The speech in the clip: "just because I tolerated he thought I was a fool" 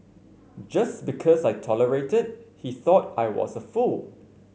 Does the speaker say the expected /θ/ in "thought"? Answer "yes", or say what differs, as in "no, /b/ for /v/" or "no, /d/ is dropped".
yes